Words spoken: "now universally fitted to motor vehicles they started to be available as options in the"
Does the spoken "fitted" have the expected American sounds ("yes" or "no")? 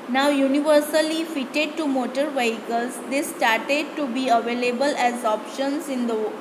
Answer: yes